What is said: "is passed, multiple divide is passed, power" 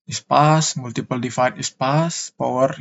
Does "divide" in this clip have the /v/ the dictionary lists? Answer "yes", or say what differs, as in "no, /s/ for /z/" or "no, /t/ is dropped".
no, /f/ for /v/